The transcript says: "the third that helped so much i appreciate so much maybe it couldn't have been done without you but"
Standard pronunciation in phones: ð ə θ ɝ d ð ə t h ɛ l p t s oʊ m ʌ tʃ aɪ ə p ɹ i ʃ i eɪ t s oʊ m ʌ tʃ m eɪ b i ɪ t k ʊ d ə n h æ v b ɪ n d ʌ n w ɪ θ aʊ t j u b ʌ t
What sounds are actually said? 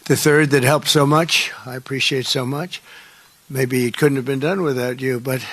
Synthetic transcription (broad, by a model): ð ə θ ɝ d ð ə t h ɛ l p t s oʊ m ʌ tʃ aɪ ə p ɹ i ʃ i eɪ t s oʊ m ʌ tʃ m eɪ b i ɪ t k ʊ d n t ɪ v b ɪ n d ʌ n w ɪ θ aʊ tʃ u b ʌ t